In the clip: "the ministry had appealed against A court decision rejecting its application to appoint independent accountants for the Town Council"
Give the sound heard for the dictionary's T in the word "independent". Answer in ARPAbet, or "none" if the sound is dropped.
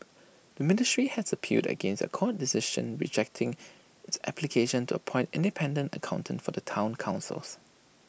T